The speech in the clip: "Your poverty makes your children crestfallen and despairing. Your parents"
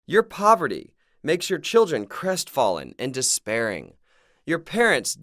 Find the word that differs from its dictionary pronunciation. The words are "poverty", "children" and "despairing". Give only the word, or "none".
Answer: none